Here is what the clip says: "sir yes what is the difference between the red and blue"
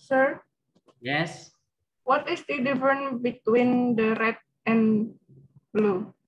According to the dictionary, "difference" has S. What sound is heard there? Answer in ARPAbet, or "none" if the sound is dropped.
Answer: none